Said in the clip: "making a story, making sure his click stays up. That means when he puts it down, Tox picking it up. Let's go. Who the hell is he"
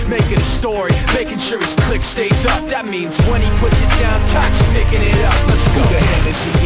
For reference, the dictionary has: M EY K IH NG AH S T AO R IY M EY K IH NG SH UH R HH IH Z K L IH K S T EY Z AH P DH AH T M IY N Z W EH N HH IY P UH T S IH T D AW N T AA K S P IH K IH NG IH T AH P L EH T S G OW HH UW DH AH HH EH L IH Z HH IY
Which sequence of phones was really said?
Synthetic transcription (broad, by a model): M EY K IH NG AH S T AO R IY M EY K IH NG SH UH R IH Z K L IH K S T EY IH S DH AH T M IY N Z W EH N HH IY P UH T S IH T D AW N T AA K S P IH K IH NG IH T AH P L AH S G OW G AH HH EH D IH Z